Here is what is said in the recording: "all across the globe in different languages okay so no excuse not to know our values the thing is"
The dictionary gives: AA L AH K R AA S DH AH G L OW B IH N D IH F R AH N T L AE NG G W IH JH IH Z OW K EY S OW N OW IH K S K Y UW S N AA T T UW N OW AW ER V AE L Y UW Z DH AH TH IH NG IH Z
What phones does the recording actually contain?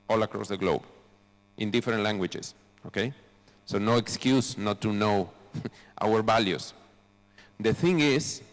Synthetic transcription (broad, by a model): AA L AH K R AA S DH AH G L OW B IH N D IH F R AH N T L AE NG G W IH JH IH S OW K EY S OW N OW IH K S K Y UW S N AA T T UW N OW AW ER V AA L Y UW S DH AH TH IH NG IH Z